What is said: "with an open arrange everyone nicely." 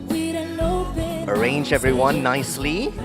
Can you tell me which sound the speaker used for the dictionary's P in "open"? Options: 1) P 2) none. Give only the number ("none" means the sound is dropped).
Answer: 2